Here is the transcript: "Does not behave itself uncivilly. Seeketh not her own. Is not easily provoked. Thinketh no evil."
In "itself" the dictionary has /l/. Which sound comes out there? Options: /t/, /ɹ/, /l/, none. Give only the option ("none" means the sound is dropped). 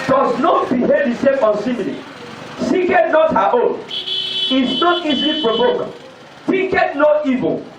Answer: none